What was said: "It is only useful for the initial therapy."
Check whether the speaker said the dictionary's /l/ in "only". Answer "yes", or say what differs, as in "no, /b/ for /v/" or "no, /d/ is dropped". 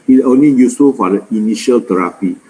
no, /l/ is dropped